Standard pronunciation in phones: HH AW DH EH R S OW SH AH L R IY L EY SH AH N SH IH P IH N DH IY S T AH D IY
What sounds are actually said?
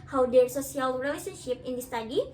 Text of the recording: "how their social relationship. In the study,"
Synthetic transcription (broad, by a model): HH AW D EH R S OW S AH L R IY L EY S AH N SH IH P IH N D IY S T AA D IY